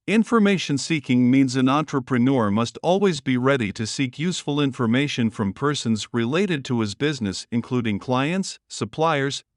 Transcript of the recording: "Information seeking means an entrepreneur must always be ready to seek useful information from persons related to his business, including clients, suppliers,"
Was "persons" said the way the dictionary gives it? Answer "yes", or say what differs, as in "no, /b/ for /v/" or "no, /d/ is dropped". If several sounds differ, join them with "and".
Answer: yes